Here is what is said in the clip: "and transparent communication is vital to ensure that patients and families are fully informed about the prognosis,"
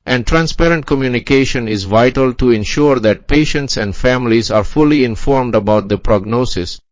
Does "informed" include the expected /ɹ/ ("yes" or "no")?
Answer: yes